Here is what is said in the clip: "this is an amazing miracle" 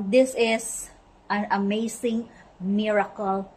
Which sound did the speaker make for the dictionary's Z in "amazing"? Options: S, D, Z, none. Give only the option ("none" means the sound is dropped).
S